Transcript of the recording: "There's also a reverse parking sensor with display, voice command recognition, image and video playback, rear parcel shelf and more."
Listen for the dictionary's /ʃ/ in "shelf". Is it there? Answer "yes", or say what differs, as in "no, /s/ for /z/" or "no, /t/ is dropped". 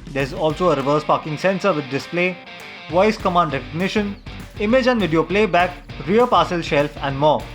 yes